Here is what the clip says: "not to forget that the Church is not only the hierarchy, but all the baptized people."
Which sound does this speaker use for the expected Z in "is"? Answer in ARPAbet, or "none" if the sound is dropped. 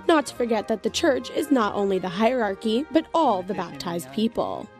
Z